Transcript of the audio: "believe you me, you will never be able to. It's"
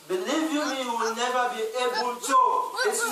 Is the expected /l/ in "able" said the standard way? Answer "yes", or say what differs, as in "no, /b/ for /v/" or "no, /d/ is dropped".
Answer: no, /n/ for /l/